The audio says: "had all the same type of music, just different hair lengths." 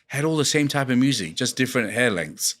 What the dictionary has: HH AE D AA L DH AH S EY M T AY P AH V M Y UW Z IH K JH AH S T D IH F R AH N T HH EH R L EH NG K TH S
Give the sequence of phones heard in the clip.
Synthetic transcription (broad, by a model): HH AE D AA L DH AH S EY M T AY P AH V M Y UW Z IH K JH AH S D IH F R AH N T HH EH L EH NG K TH S